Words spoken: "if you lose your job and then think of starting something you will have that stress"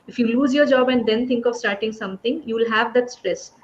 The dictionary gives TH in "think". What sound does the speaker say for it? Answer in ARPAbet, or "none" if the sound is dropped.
T